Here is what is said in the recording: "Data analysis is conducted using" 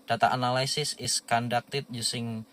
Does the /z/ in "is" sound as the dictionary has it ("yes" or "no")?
no